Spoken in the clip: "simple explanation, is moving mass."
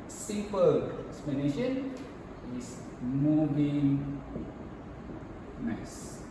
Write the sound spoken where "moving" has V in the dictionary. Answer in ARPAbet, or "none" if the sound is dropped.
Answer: B